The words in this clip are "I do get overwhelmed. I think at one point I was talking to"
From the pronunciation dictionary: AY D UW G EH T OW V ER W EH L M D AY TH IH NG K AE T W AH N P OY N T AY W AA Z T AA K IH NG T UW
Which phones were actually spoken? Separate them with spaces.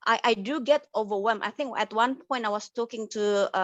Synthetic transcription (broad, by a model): AY D UW G EH T OW V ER W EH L M AY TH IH NG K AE T W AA N P OY N T AY W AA S T AA K IH NG T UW